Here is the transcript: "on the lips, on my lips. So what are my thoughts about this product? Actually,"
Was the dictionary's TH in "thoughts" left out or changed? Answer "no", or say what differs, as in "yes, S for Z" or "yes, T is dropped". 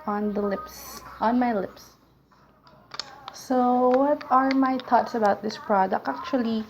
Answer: yes, T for TH